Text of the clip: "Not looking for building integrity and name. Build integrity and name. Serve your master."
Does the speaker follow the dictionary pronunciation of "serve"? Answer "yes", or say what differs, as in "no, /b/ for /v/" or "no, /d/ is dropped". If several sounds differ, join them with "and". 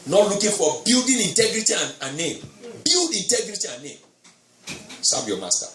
no, /b/ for /v/